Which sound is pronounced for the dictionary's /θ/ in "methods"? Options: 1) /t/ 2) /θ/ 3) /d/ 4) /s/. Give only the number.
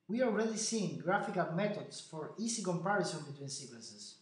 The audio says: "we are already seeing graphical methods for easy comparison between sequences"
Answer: 1